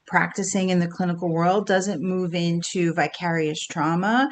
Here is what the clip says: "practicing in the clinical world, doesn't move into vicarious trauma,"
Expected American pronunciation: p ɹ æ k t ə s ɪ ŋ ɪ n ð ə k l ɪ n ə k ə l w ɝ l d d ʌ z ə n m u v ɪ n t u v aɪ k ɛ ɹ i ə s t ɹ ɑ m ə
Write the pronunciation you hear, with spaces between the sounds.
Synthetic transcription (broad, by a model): p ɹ æ k t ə s ɪ ŋ ɪ n ð ə k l ɪ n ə k l w ɝ l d d ʌ z ə n m u v ɪ n t u v aɪ k ɛ ɹ i ə s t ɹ ɑ m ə